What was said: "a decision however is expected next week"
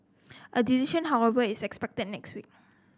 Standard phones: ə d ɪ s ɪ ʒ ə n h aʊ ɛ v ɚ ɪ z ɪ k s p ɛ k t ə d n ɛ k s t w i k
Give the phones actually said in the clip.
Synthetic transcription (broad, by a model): ə d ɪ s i ʃ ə n h aʊ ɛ v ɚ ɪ s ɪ k s p ɛ k t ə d n ɛ k s t w i k